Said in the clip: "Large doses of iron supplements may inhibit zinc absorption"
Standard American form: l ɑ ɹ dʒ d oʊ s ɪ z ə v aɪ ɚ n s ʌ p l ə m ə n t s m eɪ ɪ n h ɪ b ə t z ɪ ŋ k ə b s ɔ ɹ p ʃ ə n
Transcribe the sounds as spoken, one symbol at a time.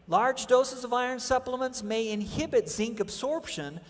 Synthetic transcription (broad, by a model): l ɑ ɹ dʒ d oʊ s ɪ z ə v aɪ ɚ n s ʌ p l ə m ə n t s m eɪ ɪ n h ɪ b ə t z ɪ ŋ k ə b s ɔ ɹ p ʃ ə n